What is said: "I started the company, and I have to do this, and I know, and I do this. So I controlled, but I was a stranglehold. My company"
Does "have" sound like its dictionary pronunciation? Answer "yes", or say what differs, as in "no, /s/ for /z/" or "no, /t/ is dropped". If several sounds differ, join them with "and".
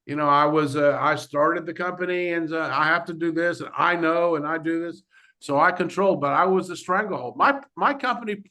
no, /f/ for /v/